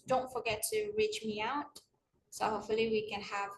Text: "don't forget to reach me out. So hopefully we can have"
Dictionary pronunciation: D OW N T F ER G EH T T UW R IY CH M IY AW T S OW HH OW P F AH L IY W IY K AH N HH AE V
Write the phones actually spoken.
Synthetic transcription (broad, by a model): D OW N T F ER G EH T T UW R IY CH M IY AW T S OW HH OW P F AH L IY W IY K AH N HH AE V